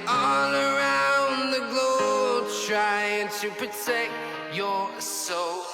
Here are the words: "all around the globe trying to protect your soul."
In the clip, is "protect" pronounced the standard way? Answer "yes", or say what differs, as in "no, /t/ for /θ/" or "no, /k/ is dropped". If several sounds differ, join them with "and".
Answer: yes